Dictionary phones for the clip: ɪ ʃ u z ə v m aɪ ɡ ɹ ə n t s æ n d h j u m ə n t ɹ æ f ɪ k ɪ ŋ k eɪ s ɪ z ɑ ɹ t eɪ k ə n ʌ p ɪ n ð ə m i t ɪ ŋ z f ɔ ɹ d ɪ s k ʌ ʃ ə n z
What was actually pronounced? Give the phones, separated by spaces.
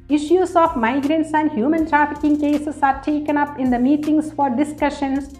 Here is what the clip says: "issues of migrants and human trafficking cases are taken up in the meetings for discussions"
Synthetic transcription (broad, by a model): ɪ ʃ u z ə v m aɪ ɡ ɹ ə n t s æ n d h j u m ə n t ɹ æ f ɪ k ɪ ŋ k eɪ s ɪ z ɑ ɹ t eɪ k ə n ʌ p ɪ n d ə m i t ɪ ŋ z f ɔ ɹ d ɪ s k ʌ ʃ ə n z